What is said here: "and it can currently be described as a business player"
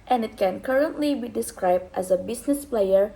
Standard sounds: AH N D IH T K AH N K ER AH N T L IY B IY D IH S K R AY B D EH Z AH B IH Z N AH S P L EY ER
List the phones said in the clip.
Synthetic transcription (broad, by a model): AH N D IH T K AH N K ER AH N T L IY B IY D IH S K R AY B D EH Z AH B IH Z N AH S P L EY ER